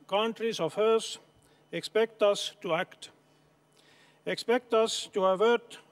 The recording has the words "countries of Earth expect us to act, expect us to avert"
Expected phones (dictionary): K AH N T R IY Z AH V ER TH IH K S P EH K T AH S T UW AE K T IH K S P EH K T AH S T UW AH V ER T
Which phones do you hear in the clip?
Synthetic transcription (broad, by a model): K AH N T R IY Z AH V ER S IH K S P EH K T AH S T UW AE K T IH K S P EH K T AH S T UW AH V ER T